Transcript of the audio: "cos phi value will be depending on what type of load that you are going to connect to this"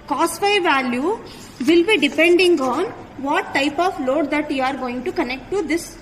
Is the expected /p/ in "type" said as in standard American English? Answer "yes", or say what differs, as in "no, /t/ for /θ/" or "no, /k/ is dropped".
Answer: yes